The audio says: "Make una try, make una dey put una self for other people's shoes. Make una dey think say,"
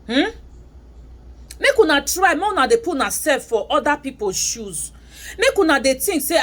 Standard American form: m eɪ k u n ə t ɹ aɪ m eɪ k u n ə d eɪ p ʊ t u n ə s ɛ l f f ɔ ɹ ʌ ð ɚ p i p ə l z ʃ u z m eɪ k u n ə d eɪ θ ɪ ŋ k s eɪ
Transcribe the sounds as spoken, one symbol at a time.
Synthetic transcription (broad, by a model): m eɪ k u n ə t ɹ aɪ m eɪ n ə d eɪ p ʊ u n ə s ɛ f f ɔ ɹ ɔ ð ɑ p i p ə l ʃ u z m eɪ k u n ə d eɪ t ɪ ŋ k s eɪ